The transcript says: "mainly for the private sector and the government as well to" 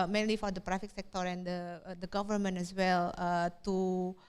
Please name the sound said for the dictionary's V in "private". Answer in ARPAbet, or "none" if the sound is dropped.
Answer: F